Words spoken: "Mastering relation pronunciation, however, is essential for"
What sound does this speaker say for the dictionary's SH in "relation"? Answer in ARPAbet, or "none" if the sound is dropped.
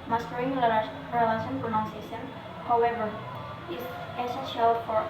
S